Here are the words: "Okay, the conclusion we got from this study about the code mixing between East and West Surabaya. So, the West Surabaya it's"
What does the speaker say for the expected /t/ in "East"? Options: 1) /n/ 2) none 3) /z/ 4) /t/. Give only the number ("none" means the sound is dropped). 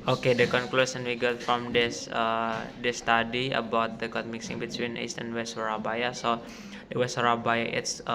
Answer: 4